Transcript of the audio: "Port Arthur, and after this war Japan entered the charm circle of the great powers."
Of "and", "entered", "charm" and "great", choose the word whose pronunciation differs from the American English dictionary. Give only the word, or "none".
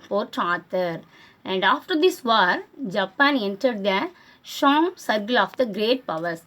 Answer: charm